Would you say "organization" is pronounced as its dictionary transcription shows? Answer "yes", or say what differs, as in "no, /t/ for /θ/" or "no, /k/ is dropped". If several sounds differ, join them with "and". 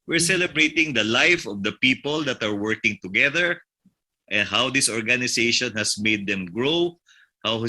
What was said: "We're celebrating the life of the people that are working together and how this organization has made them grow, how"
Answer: no, /s/ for /z/